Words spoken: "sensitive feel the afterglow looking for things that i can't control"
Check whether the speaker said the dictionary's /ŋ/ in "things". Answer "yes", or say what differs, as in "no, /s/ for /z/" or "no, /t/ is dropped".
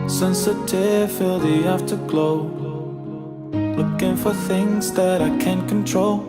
yes